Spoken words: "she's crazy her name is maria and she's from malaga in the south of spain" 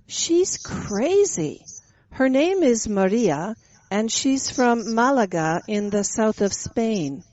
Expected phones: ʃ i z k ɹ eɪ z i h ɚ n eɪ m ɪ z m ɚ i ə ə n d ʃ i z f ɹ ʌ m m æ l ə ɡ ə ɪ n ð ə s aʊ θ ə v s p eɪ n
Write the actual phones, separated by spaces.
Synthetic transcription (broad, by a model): ʃ i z k ɹ eɪ z i h ɚ n eɪ m ɪ z m ɚ i ə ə n ʃ i z f ɹ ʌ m m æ l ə ɡ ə ɪ n ð ə s aʊ θ ə v s p eɪ n